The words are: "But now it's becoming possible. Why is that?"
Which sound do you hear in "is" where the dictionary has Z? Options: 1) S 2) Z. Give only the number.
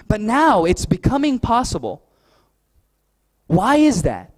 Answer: 2